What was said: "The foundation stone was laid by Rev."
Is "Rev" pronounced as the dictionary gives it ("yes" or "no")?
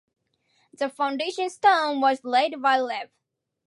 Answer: no